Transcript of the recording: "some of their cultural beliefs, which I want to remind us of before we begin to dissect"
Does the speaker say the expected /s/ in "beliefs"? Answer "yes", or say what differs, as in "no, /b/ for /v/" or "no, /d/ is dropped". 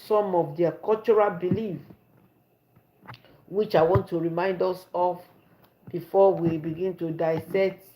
no, /s/ is dropped